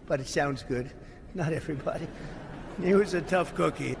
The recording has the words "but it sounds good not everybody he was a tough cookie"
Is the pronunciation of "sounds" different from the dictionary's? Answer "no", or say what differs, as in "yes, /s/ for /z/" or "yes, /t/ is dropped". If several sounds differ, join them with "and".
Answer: no